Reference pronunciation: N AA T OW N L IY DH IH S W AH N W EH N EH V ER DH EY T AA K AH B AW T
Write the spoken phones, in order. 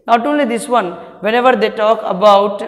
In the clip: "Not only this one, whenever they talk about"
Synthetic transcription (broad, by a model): N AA T OW N L IY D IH S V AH N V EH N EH V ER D EY T AA K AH B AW T